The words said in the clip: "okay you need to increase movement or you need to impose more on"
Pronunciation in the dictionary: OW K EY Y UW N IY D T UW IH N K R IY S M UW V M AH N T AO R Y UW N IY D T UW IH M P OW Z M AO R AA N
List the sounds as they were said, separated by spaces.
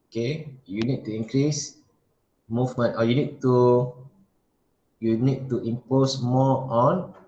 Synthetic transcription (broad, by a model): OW K EY Y UW N IY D T UW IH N K R IY S M UW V M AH N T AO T Y UW N IY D T UW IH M P OW S M AO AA N